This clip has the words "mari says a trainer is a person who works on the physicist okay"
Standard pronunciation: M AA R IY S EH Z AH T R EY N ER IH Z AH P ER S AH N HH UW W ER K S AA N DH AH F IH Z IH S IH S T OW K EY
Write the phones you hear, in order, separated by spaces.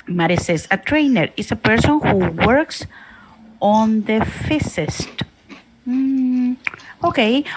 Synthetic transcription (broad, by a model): M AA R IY S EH S AH T R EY N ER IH S AH P ER S AH N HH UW W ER K S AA N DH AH F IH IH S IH S T OW K EY